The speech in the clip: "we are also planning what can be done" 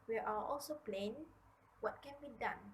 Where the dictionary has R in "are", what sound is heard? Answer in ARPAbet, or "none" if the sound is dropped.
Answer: L